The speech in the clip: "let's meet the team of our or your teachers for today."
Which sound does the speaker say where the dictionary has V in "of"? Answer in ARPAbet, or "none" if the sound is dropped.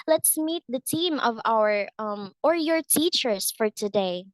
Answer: V